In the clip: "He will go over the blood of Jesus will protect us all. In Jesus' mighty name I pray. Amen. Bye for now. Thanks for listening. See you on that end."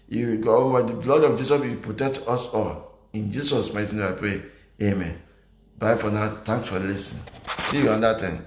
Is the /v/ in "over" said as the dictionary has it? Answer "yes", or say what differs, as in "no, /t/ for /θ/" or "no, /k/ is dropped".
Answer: no, /w/ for /v/